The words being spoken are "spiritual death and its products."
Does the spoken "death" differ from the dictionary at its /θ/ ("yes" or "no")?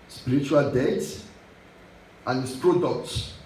yes